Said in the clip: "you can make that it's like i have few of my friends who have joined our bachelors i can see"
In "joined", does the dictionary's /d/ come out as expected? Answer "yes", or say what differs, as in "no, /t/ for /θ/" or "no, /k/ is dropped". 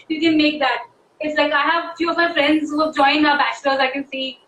no, /d/ is dropped